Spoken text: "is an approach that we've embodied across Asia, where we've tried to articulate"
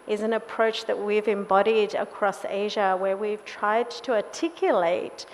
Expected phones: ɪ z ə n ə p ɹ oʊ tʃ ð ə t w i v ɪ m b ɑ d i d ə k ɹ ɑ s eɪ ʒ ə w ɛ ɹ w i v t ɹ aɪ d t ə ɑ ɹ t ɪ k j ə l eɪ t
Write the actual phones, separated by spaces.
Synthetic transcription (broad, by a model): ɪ z ə n ə p ɹ oʊ tʃ ð ə t w i v ɪ m b ɑ d i d ə k ɹ ɑ s eɪ ʒ ə w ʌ ɹ w i v t ɹ aɪ d t ə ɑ t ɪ k j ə l eɪ t